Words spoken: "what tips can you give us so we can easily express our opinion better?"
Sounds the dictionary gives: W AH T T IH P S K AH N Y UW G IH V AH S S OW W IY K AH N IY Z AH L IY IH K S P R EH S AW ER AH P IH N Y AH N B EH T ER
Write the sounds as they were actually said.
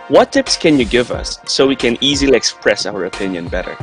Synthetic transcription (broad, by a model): W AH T T IH P S K AH N Y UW G IH V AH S S OW W IY K AH N IY Z AH L IY IH K S P R EH S AW ER AH P IH N Y AH N B EH T ER